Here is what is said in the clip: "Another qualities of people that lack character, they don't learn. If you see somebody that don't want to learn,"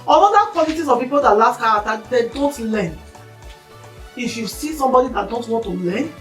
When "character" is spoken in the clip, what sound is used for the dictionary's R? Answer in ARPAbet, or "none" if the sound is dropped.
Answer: none